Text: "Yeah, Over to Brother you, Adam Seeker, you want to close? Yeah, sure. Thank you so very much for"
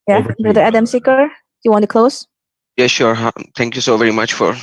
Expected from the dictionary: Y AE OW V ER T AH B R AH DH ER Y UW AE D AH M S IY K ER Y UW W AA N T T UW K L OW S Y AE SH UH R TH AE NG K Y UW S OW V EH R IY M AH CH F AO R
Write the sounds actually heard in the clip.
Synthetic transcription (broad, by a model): Y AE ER B R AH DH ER AE D AH M S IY K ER Y UW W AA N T T UW K L OW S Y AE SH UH R T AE NG K Y UW S OW V EH R IY M AH CH F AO R